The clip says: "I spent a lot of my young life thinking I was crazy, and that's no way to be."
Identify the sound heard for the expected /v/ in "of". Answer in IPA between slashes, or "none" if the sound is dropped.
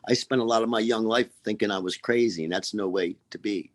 /v/